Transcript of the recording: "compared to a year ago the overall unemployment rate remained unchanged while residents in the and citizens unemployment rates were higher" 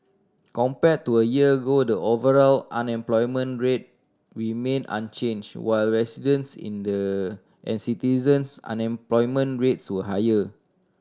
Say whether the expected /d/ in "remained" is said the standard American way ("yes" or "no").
no